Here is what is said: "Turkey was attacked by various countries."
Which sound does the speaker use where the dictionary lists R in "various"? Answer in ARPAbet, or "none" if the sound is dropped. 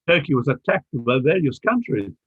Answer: L